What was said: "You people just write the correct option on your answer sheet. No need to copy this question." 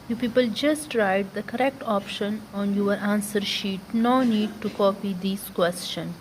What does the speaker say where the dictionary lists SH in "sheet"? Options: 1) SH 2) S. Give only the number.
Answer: 1